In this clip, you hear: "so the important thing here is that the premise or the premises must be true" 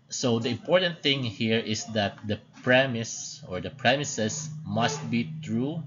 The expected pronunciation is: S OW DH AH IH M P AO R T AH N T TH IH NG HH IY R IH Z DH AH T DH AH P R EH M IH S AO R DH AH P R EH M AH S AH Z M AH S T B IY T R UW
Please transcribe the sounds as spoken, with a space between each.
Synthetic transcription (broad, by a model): S OW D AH IH M P AO R T AH N T TH IH NG HH IY R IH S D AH T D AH P R EH M IH S AO R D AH P R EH M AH S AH S M AH S T B IY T R UW